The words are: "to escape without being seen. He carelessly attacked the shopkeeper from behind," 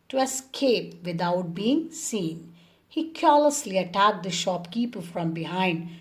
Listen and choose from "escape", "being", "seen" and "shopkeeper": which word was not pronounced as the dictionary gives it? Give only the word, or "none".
none